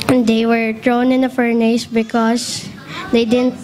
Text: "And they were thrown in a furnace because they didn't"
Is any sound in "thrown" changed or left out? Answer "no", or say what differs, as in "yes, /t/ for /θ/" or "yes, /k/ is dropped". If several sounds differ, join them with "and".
yes, /t/ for /θ/